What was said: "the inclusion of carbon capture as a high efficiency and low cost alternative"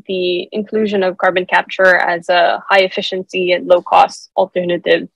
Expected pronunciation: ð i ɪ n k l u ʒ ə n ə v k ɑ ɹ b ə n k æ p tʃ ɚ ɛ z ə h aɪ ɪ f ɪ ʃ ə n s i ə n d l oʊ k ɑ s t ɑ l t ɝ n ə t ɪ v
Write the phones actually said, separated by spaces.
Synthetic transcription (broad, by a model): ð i ɪ n k l u ʒ ə n ə v k ɑ ɹ b ə n k æ p tʃ ɚ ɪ z ə h aɪ ɪ f ɪ ʃ ə n s i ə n l oʊ k ɑ s t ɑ l t ɝ n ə t ɪ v